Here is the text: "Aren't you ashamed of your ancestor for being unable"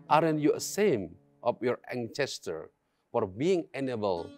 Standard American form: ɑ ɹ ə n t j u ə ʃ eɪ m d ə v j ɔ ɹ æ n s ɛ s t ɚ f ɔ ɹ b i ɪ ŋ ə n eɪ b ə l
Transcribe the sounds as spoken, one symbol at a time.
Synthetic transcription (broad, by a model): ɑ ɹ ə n j u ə s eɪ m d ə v j ɔ ɹ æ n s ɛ s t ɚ f ɔ ɹ b i ɪ ŋ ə n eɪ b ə l